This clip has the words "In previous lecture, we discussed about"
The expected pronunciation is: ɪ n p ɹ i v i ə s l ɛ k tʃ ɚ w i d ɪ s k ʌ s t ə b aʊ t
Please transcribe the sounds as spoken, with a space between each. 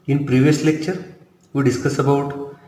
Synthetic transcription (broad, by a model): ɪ n p ɹ i v i ə s l ɛ k tʃ ɚ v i d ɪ s k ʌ s ə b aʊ t